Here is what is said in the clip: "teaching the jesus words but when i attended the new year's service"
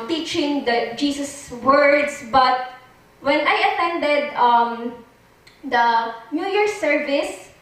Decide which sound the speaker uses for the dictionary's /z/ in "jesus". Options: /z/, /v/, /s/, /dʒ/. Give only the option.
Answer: /s/